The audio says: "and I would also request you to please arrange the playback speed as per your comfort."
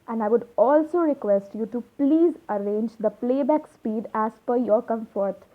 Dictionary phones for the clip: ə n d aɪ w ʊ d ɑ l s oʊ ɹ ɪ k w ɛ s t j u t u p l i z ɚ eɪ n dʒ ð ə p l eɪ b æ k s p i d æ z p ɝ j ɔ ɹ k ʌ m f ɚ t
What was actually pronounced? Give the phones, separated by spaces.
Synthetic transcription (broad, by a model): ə n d aɪ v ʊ d ɑ l s oʊ ɹ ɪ k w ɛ s t j u t u p l i z ɚ eɪ n dʒ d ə p l eɪ b æ k s p i d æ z f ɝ j ɔ ɹ k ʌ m f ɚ t